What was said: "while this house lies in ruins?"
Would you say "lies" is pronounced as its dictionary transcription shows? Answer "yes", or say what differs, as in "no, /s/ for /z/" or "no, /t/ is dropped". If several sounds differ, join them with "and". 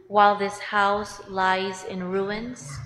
yes